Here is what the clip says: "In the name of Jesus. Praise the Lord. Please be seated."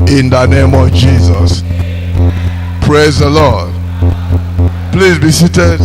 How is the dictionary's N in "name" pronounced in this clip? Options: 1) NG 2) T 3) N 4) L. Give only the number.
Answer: 3